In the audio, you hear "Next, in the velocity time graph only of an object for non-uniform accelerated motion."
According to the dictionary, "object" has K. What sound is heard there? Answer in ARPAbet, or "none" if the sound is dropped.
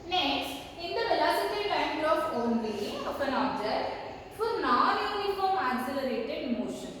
none